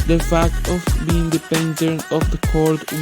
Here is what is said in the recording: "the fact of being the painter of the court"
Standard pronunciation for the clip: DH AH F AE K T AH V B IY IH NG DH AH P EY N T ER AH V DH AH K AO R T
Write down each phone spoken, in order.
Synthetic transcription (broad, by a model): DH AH F AE K T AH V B IY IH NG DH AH P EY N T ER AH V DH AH K AO R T